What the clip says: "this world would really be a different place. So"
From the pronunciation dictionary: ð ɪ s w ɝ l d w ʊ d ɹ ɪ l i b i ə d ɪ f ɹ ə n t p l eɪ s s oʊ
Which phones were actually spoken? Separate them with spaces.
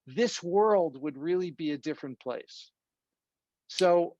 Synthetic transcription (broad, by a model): ð ɪ s w ɝ l d w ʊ d ɹ ɪ l i b i ə d ɪ f ɹ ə n p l eɪ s s oʊ